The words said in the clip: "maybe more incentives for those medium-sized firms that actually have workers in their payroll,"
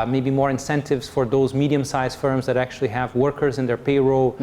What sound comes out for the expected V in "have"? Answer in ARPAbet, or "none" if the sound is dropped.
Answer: V